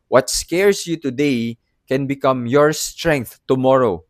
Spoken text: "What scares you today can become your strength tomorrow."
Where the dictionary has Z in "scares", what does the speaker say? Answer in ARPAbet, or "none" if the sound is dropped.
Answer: S